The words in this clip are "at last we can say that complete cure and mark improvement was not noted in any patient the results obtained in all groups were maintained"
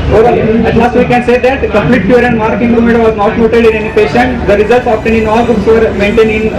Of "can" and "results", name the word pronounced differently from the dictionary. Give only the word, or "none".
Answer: none